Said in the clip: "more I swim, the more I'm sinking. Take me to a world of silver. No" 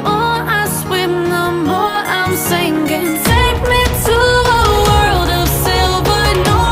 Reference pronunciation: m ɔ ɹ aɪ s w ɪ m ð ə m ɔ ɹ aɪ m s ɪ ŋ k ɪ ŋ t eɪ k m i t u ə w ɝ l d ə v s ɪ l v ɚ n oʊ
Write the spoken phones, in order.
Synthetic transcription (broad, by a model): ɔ aɪ s w ɪ m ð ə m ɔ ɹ aɪ m s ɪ ŋ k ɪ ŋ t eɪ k m i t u ə w ɝ l d ə v s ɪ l b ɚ n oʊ